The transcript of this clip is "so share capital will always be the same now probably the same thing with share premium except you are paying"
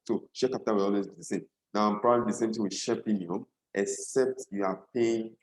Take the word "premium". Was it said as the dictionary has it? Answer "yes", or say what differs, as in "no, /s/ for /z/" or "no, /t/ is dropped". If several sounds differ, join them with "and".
no, /l/ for /ɹ/